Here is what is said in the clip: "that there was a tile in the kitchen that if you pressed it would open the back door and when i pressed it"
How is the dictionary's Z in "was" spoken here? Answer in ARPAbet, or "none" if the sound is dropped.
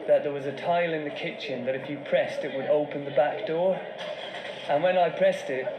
Z